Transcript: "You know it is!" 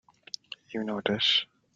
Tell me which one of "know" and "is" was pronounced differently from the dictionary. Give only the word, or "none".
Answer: is